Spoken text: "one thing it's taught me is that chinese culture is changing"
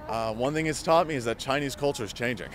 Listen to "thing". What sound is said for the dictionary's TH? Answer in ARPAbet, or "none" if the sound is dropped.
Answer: TH